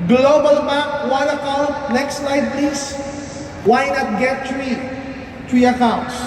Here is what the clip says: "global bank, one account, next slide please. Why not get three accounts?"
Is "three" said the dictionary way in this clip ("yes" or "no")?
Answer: no